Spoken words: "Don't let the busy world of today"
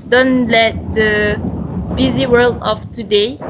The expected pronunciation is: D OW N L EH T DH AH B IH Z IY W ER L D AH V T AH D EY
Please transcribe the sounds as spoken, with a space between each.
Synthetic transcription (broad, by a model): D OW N L EH T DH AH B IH Z IY W ER L D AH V T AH D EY